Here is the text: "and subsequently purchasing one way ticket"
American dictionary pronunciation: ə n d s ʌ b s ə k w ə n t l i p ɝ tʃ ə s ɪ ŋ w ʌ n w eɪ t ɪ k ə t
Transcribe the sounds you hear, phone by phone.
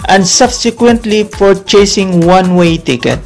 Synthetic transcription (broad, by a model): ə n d s ʌ b s ə k w ə n t l i f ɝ tʃ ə s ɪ ŋ w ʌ n w eɪ t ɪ k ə t